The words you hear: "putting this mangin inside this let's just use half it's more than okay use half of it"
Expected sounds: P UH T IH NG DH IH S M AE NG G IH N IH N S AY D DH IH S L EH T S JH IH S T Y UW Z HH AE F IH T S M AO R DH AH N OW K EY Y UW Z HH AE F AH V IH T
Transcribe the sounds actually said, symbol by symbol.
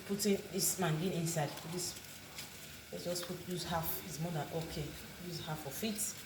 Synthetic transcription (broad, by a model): P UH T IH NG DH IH S M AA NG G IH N IH N S AY D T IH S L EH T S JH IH S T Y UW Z HH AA F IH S M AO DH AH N OW K EY Y UW Z HH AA F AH F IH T